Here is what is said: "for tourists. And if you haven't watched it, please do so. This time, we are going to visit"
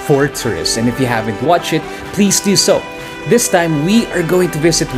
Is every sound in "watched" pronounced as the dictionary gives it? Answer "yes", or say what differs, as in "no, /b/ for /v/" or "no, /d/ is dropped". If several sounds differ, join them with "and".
no, /t/ is dropped